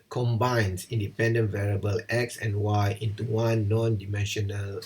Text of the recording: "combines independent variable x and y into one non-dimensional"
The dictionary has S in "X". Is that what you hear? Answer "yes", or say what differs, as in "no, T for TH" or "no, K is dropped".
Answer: yes